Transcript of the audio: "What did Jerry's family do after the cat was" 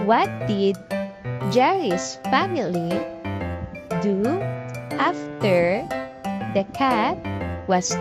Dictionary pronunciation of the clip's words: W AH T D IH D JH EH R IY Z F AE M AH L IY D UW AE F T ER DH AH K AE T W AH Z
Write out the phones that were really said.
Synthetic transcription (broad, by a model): W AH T D IH D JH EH R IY S F AE M AH L IY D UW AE F T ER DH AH K AE T W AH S